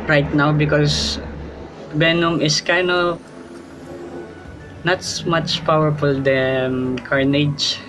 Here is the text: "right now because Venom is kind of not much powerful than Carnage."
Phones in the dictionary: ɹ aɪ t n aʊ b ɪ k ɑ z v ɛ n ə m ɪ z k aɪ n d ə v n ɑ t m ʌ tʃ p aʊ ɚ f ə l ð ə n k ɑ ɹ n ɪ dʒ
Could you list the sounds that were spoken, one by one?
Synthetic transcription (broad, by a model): ɹ aɪ t n aʊ b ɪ k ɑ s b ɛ n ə m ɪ s k aɪ n ə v n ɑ t m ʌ tʃ p aʊ ɚ f ə l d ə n k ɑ ɹ n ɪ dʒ